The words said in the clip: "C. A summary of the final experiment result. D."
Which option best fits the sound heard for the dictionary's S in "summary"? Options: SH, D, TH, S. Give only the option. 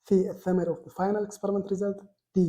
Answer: TH